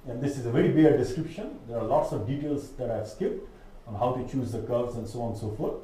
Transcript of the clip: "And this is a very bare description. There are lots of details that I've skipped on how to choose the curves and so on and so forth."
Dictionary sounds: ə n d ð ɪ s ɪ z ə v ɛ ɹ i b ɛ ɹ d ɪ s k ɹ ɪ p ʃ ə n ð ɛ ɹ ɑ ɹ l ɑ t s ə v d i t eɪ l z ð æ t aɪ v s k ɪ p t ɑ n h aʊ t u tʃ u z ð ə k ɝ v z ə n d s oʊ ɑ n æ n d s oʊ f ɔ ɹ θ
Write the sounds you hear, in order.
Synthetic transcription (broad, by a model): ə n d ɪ s ɪ z ə v ɛ ɹ i b ɛ ɹ d ɪ s k ɹ ɪ p ʃ ə n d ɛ ɹ ɑ ɹ l ɑ t s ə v d i t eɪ l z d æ t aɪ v s k ɪ p t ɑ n h aʊ t u tʃ u z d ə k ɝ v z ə n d s oʊ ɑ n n s oʊ f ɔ ɹ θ